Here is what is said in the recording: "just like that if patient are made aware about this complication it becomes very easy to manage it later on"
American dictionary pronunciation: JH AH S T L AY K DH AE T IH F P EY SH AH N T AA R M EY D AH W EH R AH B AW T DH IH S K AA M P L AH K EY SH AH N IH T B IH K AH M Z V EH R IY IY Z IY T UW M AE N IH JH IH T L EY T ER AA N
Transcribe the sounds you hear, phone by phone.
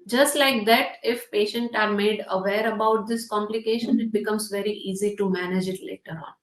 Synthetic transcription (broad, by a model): JH AH S T L AY K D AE T IH F P EY SH AH N T AA R M EY D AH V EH R AH B AW T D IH S K AA M P L AH K EY SH AH N IH T B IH K AH M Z V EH R IY IY Z IY T UW M AE N IH JH IH T L EY T ER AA N